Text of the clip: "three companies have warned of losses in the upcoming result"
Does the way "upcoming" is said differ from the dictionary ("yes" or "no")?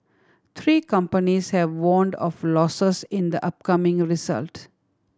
no